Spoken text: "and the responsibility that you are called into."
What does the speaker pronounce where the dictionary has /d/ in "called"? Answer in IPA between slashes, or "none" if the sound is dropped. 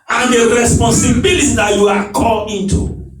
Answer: none